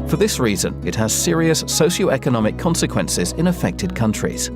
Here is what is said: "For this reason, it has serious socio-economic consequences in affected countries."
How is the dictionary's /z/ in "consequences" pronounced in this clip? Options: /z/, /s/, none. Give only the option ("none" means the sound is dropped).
/z/